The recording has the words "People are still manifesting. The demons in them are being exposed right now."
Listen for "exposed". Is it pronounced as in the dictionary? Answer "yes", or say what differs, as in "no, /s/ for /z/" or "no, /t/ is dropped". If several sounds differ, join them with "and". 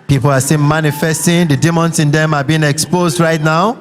yes